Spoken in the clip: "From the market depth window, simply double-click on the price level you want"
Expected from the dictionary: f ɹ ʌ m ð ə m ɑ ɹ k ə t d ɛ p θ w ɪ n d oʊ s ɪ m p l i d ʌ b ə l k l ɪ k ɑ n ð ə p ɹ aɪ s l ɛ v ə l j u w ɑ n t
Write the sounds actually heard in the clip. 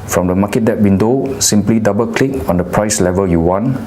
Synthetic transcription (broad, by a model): f ɹ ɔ m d ə m ɑ k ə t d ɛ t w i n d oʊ s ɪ m p l i d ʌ b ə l k l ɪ k ɑ n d ə p ɹ aɪ s l ɛ v ə l j u w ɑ n